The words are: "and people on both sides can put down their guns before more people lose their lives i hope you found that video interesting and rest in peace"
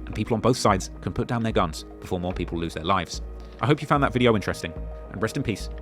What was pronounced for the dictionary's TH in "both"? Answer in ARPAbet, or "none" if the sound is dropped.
TH